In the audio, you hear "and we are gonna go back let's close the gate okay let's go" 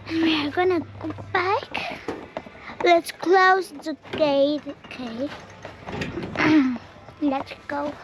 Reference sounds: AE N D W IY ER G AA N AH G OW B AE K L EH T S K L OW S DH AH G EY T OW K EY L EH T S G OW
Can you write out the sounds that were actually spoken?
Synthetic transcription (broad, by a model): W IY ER G AA N AH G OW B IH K L EH T S K L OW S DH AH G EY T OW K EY L EH T S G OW